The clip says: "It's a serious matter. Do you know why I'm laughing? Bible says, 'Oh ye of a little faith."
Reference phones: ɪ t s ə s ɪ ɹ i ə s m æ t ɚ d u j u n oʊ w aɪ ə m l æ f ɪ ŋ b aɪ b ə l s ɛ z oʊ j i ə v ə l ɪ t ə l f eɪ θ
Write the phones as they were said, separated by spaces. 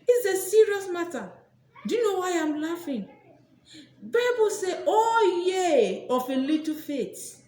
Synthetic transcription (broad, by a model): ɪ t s ə s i ɹ i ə s m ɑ t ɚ d u j u n oʊ w aɪ ə m l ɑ f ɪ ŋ b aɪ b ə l s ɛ oʊ j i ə f ə l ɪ t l f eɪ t